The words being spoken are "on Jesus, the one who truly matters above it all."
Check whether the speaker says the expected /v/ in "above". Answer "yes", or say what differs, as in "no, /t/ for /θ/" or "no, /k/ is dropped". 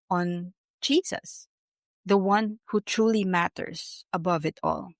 yes